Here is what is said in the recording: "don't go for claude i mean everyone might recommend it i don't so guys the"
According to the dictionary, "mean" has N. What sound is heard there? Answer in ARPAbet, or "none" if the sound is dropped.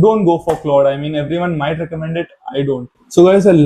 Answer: N